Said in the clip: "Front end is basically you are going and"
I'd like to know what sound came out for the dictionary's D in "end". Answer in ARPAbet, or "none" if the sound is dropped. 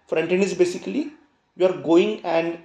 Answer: none